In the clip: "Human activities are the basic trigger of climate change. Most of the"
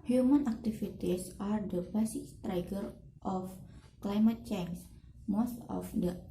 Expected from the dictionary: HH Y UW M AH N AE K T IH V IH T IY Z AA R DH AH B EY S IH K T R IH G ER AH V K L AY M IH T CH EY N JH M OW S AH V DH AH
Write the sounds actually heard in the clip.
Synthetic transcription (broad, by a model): HH Y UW M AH N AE K T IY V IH T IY S AA R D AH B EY S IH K T R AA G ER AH F K L AY M IH T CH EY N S M OW S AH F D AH